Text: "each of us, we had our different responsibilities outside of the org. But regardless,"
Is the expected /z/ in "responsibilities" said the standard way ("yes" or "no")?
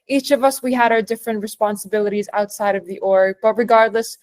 yes